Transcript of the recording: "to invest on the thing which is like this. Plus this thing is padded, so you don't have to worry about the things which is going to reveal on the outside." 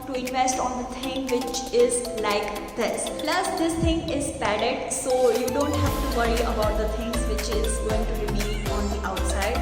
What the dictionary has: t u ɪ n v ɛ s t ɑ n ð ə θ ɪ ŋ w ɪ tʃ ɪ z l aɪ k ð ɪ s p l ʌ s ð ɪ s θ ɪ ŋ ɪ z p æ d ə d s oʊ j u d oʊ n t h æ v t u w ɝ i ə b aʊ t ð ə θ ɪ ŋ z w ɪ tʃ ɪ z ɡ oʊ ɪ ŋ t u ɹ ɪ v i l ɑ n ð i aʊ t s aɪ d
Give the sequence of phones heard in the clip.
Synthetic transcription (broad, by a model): t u ɪ n v ɛ s t ɑ n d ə t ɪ ŋ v ɪ tʃ ɪ z l aɪ k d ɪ s p l ʌ s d ɪ s t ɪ ŋ ɪ z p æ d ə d s oʊ j u d oʊ n t h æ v t u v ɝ i ə b aʊ t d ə t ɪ ŋ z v ɪ tʃ ɪ z ɡ oʊ ɪ ŋ t u ɹ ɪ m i n ɑ n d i aʊ t s aɪ d